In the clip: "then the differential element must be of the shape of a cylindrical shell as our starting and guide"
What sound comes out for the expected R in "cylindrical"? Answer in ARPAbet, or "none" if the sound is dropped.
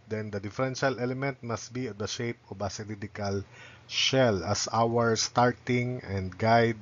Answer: none